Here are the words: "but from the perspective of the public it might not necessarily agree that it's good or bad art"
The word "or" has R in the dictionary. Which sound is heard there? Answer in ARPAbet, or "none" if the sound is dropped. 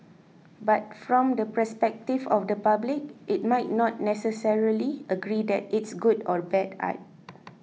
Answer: R